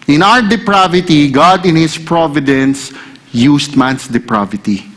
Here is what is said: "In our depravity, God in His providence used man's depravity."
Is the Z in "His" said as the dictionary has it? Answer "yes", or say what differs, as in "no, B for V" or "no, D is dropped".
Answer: no, S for Z